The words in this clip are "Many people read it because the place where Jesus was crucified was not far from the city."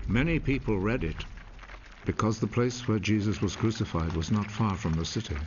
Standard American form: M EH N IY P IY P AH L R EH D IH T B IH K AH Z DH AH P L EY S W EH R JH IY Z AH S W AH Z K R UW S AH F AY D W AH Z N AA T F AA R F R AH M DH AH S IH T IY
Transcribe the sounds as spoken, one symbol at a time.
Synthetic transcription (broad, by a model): M EH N IY P IY P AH L R EH D IH T B IH K AH Z DH AH P L EY S W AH R JH IY Z AH S W AH Z K R UW S AH F AY D W AH Z N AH T F AA R F R AH M DH AH S IH T IY